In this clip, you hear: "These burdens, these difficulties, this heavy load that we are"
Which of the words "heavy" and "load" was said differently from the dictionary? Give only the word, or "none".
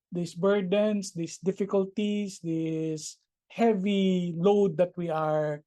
none